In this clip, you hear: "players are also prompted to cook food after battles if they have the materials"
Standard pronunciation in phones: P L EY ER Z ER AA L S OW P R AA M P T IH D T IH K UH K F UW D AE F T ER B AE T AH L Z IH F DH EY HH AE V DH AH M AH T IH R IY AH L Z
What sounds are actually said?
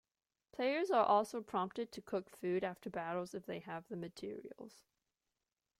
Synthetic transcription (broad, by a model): P L EY ER Z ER AA L S OW P R AA M P T IH D T IH K UH K F UW D AE F T ER B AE T L Z IH F DH EY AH V DH AH M AH T IH R IY AH L Z